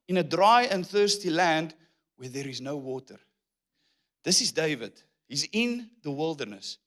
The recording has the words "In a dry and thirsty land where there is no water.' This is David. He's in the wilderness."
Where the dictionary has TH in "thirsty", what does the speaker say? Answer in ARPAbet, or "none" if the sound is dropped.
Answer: TH